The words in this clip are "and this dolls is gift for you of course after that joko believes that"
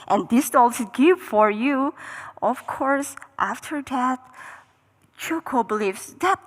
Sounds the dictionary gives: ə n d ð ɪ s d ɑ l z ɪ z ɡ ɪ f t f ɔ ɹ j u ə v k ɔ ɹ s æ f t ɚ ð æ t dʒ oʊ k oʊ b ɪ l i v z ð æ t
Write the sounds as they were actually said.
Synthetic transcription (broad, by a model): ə n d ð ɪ s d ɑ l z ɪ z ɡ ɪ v f ɔ ɹ j u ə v k ɔ ɹ s æ f t ɚ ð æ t tʃ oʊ k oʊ b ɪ l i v s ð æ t